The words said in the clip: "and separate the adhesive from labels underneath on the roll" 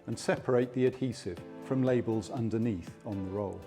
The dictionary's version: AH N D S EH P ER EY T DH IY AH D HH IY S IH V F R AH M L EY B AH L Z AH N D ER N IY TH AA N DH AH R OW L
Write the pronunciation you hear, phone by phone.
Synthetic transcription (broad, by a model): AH N S EH P ER EY T DH IY AH D HH IY S IH V F R AH M L EY B AH L Z AH N D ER N IY TH N DH AH R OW L